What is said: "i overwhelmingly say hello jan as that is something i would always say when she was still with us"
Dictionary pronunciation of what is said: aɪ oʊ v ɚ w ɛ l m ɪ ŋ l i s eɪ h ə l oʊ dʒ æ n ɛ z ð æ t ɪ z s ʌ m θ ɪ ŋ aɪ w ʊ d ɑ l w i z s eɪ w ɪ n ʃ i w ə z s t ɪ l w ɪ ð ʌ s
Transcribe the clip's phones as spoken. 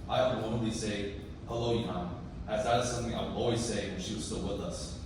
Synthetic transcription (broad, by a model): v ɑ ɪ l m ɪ l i s eɪ h ə l oʊ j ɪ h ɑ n ð æ t ɪ z s ʌ m θ ɪ ŋ aɪ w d ɑ l w i z s eɪ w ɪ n ʃ i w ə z s t ɪ l w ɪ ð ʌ s